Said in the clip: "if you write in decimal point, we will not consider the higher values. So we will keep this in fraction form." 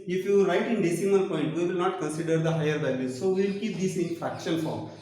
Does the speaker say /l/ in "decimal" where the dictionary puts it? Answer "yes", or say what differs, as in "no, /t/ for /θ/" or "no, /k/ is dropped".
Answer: no, /n/ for /l/